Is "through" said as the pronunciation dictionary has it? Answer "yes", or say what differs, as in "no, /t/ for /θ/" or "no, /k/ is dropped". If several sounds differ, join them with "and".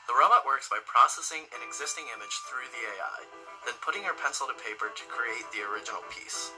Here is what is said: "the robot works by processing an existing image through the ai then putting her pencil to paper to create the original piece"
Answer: yes